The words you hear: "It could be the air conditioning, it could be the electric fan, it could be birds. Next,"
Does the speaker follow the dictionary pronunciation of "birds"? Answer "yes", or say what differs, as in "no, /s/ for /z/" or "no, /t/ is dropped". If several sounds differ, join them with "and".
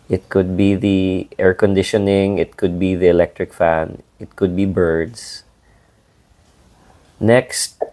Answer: no, /s/ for /z/